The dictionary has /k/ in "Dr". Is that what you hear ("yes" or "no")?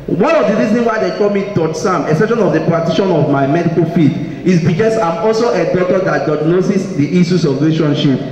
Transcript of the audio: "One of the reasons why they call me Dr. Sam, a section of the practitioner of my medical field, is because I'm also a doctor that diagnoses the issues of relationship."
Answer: no